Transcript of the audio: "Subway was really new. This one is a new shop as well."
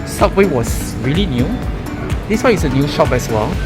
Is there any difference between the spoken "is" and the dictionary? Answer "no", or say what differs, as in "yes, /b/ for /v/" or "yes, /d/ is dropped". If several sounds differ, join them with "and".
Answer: yes, /s/ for /z/